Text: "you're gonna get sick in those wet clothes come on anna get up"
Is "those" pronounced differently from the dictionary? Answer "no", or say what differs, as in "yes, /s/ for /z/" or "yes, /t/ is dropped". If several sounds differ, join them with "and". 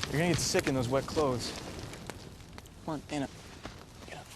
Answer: no